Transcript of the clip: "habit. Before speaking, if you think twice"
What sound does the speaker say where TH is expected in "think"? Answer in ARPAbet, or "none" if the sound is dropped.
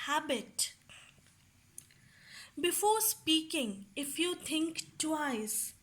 T